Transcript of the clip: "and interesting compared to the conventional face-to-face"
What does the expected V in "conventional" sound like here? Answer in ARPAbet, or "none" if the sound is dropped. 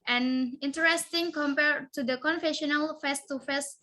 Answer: F